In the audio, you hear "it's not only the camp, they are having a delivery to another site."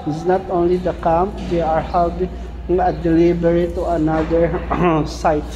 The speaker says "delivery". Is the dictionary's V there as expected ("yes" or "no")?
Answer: no